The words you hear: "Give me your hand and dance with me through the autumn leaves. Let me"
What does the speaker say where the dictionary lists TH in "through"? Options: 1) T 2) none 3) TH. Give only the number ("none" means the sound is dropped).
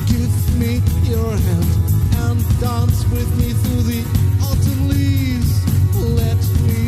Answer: 3